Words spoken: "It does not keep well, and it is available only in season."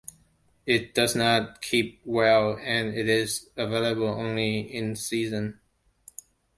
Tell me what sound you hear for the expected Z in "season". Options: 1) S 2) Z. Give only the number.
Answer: 2